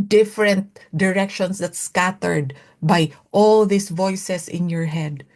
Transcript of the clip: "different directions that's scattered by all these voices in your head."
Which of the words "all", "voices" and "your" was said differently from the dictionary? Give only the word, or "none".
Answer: voices